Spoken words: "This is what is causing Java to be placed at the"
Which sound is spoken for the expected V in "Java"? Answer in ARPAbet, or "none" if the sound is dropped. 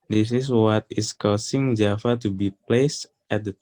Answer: F